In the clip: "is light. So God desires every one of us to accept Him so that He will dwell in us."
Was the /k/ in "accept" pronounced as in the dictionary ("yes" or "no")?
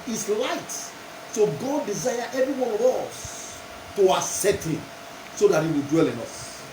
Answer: no